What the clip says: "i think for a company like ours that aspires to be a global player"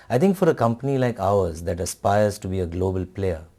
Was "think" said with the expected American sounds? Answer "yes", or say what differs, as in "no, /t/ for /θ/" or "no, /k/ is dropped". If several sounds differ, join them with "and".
no, /t/ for /θ/